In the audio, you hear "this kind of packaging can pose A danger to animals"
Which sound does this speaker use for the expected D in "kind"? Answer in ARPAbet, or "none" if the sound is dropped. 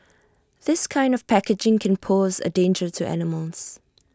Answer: D